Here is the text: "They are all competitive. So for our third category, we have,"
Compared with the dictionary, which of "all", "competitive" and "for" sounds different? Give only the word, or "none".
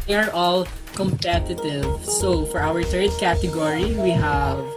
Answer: none